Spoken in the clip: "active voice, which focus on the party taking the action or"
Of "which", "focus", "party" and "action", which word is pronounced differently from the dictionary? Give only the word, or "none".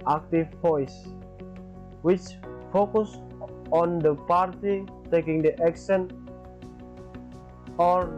action